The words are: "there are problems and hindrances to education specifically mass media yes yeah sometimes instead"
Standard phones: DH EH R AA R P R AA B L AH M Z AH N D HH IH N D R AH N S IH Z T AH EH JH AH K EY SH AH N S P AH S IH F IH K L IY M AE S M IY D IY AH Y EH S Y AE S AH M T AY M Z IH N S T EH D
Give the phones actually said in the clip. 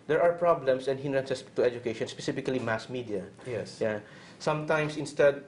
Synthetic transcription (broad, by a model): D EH R AA R P R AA B L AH M S AH N D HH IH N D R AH N S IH S T AH EH JH AH K EY SH AH N S P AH S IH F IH K L IY M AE S M IY D IY AH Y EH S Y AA S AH M T AY M S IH N S T EH D